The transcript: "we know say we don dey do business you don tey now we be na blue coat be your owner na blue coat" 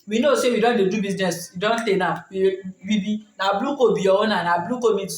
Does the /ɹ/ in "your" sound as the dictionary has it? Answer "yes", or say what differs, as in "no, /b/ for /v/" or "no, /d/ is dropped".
no, /w/ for /ɹ/